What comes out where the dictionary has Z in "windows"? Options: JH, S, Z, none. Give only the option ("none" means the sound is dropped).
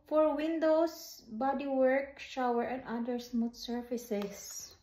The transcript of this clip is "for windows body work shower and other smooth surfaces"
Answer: S